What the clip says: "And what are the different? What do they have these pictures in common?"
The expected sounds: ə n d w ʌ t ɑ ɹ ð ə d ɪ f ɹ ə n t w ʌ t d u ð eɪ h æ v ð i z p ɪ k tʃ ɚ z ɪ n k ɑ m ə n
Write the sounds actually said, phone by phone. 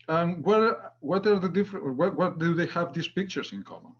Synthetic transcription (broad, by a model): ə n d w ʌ t ɑ ɹ ð ə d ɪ f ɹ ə t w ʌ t d u ð eɪ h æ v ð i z p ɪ k tʃ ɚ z ɪ n k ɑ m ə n